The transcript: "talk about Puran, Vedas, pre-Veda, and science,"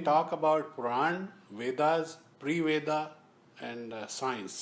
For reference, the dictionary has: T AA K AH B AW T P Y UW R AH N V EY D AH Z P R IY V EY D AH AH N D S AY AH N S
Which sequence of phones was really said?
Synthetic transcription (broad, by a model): T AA K AH B AW T P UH R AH N V EY D AH Z P R IY V EY D AH AH N D S AY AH N S